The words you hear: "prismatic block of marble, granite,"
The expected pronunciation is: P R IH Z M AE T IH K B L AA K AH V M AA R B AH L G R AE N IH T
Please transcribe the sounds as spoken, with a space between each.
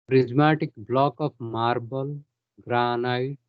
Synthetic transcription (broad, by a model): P R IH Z M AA T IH K B L AA K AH P M AA R B AH L G R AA N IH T